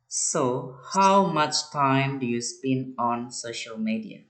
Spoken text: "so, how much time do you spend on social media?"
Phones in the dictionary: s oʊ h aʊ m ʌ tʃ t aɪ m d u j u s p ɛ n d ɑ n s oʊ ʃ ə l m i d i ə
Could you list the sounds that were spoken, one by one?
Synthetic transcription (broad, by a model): s oʊ h aʊ m ʌ tʃ t aɪ m d u j u s p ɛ n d ɑ n s oʊ ʃ ə l m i d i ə